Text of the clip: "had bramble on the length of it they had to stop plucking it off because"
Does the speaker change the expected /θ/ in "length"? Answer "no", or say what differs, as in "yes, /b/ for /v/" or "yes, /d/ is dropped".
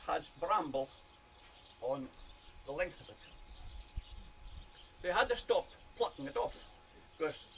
no